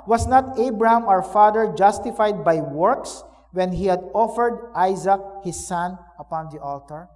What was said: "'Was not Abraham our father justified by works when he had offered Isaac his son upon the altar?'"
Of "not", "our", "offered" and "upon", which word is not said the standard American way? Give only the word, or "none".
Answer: our